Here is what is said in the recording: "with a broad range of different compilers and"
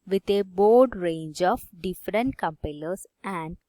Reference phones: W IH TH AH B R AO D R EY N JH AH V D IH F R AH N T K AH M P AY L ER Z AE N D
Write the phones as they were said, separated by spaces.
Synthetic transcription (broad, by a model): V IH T AH B AO D R EY N JH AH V D IH F R AH N T K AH M P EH L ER S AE N D